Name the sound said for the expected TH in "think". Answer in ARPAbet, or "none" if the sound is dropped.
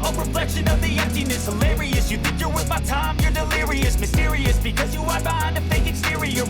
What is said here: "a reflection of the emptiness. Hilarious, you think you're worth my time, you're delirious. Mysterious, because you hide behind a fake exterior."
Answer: TH